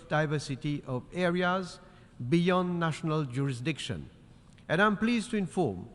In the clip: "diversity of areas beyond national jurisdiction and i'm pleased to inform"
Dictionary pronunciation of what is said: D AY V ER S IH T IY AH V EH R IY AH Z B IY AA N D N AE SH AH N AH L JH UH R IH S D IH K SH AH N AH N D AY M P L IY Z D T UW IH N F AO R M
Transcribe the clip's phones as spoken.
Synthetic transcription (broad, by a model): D AY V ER S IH T IY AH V EH R IY AH Z B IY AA N D N AE SH AH N AH L JH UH R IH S D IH K SH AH N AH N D AY M P L IY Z T UW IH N F AO R M